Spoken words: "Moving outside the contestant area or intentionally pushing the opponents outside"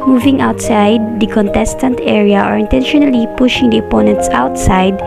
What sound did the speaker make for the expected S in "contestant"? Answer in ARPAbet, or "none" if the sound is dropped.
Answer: S